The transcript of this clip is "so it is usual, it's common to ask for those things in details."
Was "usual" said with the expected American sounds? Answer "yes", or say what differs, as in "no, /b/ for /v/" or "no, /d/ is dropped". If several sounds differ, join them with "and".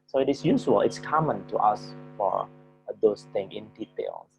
no, /s/ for /ʒ/